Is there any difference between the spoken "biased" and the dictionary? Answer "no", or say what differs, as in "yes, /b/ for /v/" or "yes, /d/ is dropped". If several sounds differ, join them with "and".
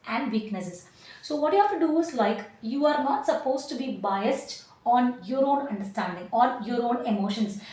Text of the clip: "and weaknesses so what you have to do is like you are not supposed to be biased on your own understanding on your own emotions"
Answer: no